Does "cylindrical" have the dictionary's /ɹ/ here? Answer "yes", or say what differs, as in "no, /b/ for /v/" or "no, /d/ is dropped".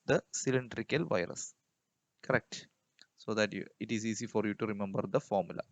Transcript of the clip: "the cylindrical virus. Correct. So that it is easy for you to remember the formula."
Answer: yes